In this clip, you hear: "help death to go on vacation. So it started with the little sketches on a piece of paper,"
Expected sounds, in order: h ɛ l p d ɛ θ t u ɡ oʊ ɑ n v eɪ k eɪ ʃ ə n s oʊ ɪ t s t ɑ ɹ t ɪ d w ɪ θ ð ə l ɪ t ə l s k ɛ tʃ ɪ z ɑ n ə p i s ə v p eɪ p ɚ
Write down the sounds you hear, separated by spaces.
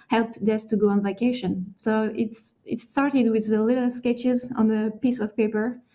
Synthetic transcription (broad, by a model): h ɛ l p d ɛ s t u ɡ oʊ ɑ n v eɪ k eɪ ʃ ə n s oʊ ɪ t s t ɑ ɹ t ɪ d w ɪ ð ə l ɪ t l s k ɛ tʃ ɪ z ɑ n ə p i s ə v p eɪ p ɚ